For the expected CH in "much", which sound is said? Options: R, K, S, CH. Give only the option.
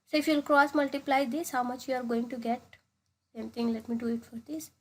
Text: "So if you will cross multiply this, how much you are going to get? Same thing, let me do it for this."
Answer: CH